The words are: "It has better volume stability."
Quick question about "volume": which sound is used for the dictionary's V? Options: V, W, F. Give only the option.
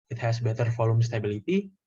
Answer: F